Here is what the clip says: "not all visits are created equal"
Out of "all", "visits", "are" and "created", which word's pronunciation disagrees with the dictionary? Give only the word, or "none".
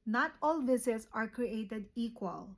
visits